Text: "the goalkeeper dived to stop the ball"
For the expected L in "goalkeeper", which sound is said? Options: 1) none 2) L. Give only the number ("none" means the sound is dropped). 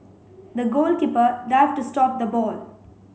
2